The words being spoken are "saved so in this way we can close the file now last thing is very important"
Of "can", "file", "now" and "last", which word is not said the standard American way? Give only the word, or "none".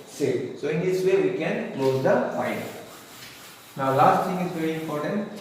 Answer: file